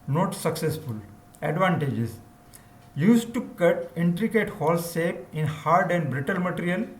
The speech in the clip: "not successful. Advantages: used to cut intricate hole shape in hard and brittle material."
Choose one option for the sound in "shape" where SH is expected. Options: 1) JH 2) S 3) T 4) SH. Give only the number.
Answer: 2